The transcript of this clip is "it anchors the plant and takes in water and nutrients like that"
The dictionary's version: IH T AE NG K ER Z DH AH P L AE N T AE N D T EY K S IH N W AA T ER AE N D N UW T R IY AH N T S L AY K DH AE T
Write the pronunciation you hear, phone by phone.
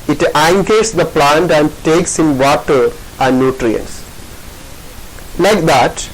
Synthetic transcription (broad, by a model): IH T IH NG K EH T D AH P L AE N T AE N D T EY K S IH N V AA T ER AE N D N UW T R IY AH N T S L AY K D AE T